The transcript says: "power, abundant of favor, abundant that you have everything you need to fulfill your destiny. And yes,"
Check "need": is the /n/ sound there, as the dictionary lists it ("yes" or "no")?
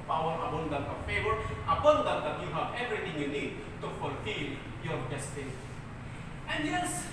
yes